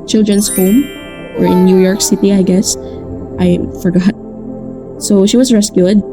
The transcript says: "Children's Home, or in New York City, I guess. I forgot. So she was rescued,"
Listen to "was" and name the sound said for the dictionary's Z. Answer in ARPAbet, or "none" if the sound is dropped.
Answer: S